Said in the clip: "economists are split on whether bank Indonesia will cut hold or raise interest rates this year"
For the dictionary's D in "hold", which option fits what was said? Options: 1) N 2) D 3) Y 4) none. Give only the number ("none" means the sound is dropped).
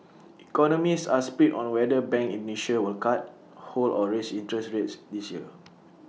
4